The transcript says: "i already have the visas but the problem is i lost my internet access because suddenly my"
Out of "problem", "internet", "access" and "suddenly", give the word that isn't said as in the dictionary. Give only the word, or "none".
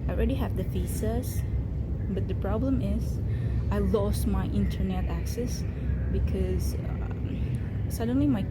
none